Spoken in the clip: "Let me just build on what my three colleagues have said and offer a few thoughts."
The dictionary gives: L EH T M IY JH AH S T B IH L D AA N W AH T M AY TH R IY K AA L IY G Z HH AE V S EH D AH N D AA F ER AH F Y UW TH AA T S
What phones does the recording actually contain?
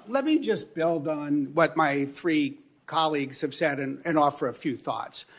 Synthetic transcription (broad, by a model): L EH T M IY JH AH S B IH L D N W AH T M AY TH R IY K AA L IY G Z HH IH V S EH D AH N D AA F ER AH F Y UW TH AA T S